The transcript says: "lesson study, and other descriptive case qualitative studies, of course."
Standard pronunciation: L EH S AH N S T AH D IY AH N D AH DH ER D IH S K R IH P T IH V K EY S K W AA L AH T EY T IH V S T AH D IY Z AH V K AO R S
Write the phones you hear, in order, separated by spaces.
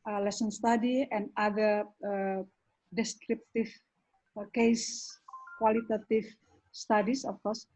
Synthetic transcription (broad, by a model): L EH S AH N S T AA D IY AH N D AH ER D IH S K R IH P T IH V K EY S K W AA L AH T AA T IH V S T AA D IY S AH F K AO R S